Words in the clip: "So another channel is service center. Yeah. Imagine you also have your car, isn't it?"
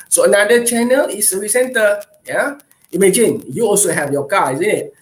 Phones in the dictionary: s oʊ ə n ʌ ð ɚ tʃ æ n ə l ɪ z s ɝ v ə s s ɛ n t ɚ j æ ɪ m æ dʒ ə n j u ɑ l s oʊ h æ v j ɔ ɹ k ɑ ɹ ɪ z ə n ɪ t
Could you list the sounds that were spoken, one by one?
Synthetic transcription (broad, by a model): s oʊ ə n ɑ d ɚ tʃ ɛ n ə l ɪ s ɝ ə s s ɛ n t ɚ j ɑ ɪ m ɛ dʒ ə n j u ɑ l s oʊ h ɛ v j ɔ k ɑ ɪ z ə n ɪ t